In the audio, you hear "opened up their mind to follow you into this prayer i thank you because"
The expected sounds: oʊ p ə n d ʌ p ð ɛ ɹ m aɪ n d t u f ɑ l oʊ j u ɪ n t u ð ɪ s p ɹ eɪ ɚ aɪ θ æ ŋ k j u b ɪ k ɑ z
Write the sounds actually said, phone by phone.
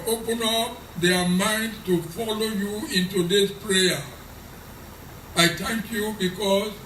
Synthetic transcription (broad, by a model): oʊ p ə n ʌ p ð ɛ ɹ m aɪ n d t u f ɑ l oʊ j u ɪ n t u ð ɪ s p ɹ eɪ ɚ aɪ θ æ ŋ k j u b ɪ k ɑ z